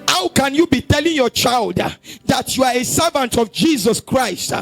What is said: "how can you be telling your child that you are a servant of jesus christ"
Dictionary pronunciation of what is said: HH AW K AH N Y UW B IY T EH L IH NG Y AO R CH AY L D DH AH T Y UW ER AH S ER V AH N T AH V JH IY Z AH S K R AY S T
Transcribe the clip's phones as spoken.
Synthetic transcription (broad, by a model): HH AW K AH N Y UW B IY T EH L IH NG Y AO CH AY L D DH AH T Y UW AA AH S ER V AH N T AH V JH IY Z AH S K R AY S T